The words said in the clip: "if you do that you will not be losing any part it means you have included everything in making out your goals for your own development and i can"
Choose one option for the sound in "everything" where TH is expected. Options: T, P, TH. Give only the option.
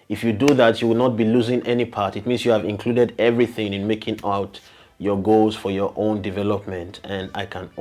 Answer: TH